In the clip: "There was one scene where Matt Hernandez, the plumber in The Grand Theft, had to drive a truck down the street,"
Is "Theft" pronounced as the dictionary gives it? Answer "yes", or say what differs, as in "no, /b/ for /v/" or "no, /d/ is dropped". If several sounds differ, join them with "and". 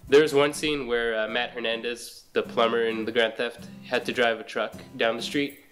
yes